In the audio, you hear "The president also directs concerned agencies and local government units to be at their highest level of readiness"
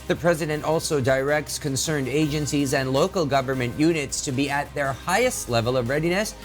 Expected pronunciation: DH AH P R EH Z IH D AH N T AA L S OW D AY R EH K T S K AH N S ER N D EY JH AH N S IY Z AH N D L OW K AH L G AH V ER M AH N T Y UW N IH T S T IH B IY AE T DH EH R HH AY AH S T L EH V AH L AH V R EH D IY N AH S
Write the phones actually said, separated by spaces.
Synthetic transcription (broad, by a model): DH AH P R EH Z IH D AH N T AA L S OW D AY R EH K T S K AH N S ER N D EY JH AH N S IY Z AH N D L OW K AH L G AH V ER M AH N T Y UW N IH T S T IH B IY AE T DH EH R HH AY AH S T L EH V AH L AH V R EH D IY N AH S